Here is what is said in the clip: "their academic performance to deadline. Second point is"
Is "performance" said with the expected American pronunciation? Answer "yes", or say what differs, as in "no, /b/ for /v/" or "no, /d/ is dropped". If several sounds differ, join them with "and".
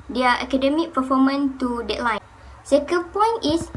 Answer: no, /s/ is dropped